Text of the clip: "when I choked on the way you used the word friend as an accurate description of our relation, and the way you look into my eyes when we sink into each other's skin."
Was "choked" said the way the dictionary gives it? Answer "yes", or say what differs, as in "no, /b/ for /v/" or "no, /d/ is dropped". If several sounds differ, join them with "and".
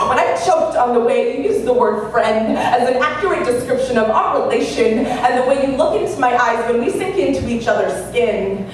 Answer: yes